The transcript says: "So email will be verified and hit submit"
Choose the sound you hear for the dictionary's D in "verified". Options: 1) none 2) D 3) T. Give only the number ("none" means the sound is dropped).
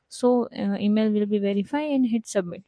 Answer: 1